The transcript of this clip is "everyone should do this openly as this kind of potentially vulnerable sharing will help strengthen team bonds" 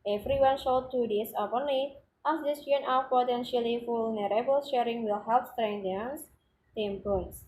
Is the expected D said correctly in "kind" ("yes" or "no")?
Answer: no